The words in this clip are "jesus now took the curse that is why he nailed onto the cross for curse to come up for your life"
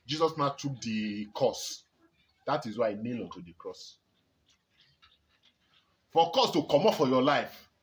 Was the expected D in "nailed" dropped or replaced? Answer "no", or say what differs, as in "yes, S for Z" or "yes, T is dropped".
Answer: yes, D is dropped